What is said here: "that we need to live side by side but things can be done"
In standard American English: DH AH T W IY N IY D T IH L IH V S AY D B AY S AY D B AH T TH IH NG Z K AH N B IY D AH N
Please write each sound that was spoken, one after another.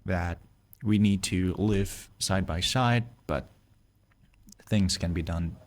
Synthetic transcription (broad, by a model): DH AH T W IY N IY D T IH L IH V S AY D B AY S AY D B AH T TH IH NG Z K AH N B IY D AH N